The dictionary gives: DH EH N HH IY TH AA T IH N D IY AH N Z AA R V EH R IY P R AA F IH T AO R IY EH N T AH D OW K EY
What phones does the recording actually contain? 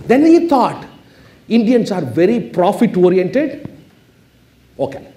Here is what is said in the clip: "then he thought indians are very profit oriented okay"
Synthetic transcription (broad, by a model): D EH N HH IY T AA T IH N D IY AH N S AA R V EH R IY P R AA F IH T AO R IY EH N T AH D OW K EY